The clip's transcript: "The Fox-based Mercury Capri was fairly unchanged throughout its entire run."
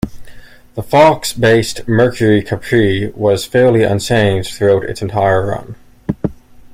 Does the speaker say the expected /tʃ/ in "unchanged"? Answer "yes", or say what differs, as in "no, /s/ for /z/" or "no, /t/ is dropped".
no, /s/ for /tʃ/